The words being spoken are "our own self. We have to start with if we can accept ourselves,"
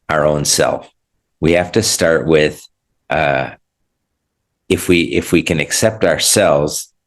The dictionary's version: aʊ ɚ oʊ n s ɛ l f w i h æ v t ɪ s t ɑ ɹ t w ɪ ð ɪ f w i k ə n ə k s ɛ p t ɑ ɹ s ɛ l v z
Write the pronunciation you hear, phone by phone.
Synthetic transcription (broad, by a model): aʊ ɚ oʊ n s ɛ l f w i h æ f t ɪ s t ɑ ɹ t w ɪ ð ɪ f w i k ə n ə k s ɛ p t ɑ ɹ s ɛ l v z